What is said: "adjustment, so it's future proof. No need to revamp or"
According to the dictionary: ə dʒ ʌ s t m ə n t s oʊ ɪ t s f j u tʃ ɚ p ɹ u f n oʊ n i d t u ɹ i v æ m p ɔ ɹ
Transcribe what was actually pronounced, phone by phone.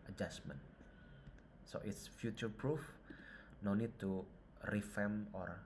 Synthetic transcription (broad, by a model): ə dʒ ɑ s m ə n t s oʊ ɪ t s f j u tʃ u p ɹ u f n oʊ n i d t u ɹ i f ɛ m ɔ ɹ